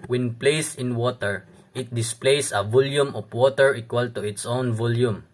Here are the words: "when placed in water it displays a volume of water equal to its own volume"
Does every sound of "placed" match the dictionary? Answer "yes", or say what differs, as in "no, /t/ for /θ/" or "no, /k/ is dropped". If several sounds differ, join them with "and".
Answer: no, /t/ is dropped